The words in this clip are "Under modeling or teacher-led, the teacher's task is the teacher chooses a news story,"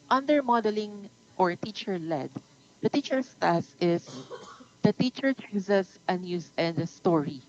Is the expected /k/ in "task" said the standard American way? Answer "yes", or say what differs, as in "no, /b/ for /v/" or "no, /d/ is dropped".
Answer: no, /k/ is dropped